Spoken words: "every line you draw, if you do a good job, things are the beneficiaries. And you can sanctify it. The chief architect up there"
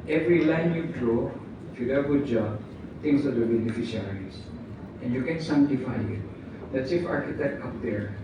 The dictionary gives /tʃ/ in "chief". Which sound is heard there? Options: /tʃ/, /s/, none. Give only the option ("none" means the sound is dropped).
/s/